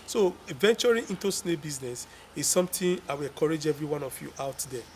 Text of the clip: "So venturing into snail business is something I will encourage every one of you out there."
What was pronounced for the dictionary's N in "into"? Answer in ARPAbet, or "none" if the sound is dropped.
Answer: N